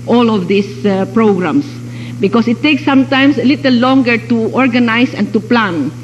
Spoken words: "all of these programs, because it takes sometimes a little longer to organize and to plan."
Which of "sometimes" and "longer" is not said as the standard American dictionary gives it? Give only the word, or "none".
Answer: sometimes